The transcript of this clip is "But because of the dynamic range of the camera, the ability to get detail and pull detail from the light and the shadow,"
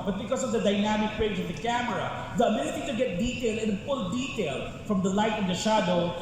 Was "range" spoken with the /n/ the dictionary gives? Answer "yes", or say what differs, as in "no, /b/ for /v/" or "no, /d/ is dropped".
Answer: no, /n/ is dropped